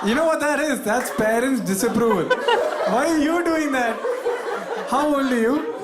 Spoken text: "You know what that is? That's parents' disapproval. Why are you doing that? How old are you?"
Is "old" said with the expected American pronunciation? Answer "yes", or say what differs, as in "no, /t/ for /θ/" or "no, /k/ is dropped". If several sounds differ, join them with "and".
no, /d/ is dropped